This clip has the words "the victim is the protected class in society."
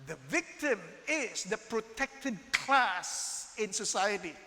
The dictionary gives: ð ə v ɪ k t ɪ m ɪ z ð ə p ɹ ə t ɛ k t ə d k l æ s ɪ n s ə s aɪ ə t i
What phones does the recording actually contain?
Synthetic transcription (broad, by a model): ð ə v ɪ k t ɪ m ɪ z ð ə p ɹ ə t ɛ k t ə d k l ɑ s ɪ n s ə s aɪ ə t i